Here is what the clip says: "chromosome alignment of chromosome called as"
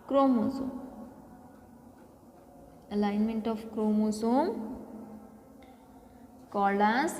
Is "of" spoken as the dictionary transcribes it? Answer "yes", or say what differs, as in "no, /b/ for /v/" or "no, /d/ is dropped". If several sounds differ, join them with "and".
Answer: no, /p/ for /v/